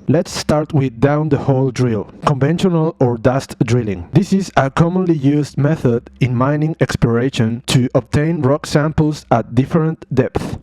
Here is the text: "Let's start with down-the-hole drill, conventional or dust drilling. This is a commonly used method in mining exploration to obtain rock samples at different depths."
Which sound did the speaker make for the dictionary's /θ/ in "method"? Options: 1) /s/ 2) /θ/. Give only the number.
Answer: 2